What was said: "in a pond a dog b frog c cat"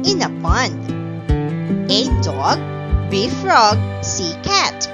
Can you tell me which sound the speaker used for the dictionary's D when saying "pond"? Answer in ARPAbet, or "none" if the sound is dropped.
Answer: none